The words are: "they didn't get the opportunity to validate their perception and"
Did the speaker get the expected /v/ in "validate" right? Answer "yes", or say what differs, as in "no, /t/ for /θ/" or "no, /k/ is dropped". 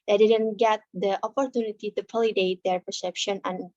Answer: no, /p/ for /v/